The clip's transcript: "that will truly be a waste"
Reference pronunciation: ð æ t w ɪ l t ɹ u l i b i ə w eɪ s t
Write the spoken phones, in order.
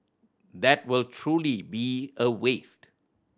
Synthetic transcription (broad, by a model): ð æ t w ɪ l t ɹ u l i b i ə w eɪ s t